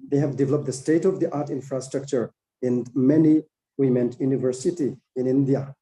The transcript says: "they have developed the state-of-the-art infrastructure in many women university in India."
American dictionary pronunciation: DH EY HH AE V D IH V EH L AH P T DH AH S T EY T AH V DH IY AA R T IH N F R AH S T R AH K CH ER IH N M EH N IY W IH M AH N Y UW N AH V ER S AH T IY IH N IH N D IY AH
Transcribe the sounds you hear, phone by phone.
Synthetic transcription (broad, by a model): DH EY HH AE V D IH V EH L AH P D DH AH S T EY T AH V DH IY AA R T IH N F R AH S T R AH K CH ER IH N M EH N IY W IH M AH N Y UW N AH V ER S AH T IY IH N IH N D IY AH